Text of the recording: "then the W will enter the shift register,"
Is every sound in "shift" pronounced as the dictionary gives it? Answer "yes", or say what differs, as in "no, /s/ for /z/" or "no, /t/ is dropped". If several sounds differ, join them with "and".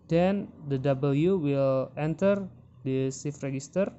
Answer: no, /s/ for /ʃ/